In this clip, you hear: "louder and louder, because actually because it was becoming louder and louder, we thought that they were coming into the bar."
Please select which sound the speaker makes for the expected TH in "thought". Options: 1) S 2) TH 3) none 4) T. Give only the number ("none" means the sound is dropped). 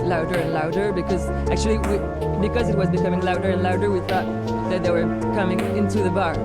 2